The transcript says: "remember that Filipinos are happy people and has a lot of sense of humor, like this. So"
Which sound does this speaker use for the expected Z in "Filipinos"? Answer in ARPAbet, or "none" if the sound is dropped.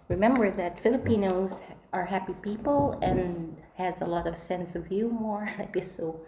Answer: Z